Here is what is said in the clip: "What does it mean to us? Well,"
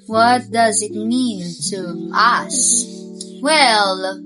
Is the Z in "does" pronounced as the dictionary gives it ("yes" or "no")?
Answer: yes